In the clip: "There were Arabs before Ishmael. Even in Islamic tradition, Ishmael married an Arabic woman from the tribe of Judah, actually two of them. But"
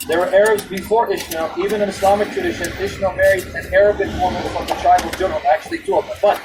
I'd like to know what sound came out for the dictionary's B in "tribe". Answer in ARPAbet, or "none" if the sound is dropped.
none